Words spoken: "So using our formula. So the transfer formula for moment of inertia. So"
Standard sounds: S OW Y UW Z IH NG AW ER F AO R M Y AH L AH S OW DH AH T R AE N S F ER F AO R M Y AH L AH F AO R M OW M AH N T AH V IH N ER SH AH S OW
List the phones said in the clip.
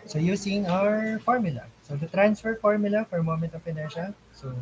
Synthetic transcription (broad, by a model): S OW Y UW S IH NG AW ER F AO R M Y AH L AH S OW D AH T R AE N S F ER F AO R M Y AH L AH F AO R M OW M AH N T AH P IH N ER SH AH S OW